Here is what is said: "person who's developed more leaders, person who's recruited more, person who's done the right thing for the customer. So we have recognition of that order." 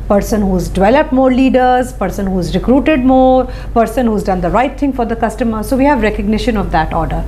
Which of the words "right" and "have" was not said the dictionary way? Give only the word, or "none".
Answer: none